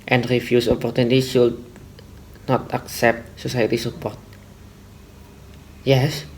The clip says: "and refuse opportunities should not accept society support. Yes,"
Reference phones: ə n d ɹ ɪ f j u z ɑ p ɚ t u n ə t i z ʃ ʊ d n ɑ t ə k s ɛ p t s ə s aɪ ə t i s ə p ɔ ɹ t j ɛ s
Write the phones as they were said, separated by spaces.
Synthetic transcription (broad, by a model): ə n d ɹ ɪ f j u s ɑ p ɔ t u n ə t i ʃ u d n ɑ t ə k s ɛ p t s ə s aɪ ə t i s ə p ɔ ɹ t j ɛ s